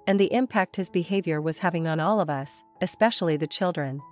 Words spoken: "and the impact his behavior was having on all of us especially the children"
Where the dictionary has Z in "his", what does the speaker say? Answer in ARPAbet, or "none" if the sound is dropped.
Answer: Z